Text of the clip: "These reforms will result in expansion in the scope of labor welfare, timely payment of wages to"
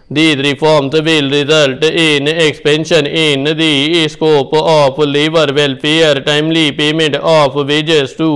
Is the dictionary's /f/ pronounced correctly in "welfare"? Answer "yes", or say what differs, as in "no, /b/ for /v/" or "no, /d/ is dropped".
no, /p/ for /f/